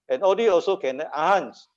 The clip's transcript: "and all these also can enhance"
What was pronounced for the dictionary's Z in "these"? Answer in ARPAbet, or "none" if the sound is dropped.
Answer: none